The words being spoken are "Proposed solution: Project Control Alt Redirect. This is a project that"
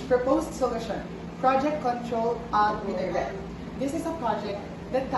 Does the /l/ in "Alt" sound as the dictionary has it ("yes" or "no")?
no